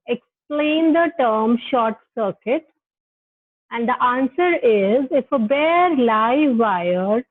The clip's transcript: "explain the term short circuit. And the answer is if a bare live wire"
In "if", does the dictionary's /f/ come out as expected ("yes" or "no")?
yes